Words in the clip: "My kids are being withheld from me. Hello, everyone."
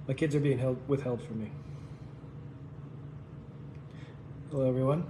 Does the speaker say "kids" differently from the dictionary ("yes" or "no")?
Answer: no